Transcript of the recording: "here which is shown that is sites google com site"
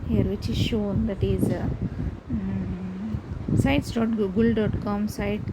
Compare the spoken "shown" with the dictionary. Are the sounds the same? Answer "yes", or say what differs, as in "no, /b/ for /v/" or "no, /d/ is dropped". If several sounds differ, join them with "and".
yes